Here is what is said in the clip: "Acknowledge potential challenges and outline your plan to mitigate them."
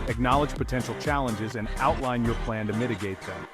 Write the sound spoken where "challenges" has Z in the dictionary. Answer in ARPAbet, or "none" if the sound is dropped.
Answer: Z